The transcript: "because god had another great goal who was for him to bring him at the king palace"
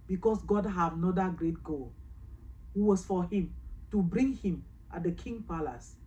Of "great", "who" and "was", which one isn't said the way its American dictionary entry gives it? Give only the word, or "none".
was